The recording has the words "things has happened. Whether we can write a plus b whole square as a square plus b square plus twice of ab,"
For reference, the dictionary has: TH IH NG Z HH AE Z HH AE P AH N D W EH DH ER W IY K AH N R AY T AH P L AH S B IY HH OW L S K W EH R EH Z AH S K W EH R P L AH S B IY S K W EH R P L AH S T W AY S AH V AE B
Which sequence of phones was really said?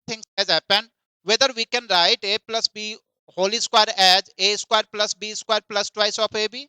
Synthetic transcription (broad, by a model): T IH NG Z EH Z HH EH P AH N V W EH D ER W IY K AH N R AY T AH P L AH S B IY HH OW L S K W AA R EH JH AH S K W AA R P L AH S B IY S K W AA R P L AH S T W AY S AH P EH B